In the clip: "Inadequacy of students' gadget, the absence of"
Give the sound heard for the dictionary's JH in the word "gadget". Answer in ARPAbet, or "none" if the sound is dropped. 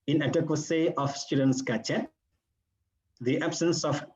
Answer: CH